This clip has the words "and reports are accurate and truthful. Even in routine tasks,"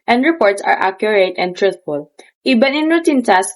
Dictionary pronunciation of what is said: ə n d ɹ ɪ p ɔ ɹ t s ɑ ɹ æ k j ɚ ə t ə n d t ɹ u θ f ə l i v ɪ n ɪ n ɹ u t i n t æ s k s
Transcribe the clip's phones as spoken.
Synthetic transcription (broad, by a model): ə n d ɹ ɪ p ɔ ɹ t s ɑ ɹ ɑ k j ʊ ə t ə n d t ɹ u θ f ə l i b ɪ n ɪ n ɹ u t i n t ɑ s s